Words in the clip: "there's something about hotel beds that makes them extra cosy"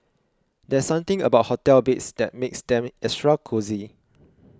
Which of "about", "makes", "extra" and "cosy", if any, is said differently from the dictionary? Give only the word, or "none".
extra